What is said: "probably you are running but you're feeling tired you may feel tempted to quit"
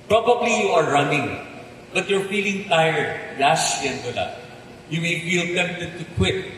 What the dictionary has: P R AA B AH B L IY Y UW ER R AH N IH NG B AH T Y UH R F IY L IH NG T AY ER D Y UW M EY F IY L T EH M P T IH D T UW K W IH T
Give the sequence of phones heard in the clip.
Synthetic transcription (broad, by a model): P R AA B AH B L IY Y UW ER R AH N IH NG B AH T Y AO R F IY L IH NG T AY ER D Y UW M EY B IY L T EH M T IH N T UW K W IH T